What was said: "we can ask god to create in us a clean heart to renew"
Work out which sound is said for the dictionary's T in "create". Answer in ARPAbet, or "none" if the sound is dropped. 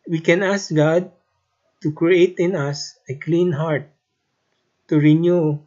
T